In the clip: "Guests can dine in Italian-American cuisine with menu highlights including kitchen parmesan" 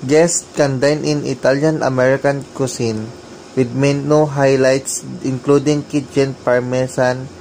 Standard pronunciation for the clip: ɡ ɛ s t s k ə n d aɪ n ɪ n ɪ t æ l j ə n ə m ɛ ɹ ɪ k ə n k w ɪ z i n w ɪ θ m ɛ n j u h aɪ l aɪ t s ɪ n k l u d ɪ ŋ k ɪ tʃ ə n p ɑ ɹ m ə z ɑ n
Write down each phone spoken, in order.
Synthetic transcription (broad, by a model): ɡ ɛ s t k ə n d aɪ n ɪ n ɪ t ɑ l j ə n ə m ɛ ɹ ɪ k ə n k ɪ s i n w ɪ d m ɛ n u h aɪ l aɪ t s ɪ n k l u d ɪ ŋ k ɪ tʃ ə n p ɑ ɹ m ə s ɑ n